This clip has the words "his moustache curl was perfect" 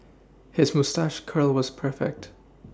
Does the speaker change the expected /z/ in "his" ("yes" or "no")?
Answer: no